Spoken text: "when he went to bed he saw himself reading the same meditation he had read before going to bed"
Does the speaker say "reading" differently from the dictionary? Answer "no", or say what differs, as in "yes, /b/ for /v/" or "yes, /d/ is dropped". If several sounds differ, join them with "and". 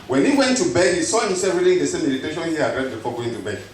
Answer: no